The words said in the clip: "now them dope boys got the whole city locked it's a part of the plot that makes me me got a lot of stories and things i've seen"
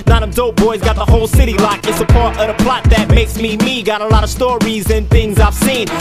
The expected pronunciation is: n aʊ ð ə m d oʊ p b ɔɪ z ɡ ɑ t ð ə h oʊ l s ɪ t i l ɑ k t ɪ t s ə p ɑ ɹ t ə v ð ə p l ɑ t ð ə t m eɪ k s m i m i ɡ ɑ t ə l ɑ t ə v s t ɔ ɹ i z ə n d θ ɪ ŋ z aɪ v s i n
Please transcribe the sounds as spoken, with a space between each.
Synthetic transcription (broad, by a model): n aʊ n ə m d oʊ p b ɔɪ z ɡ ɑ t ð ə h oʊ l s ɪ t i l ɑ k ɪ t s ə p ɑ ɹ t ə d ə p l ɑ t ð ə t m eɪ k s m i m i ɡ ɑ t ə l ɑ t ə v s t ɔ ɹ i z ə n θ ɪ ŋ z aɪ v s i n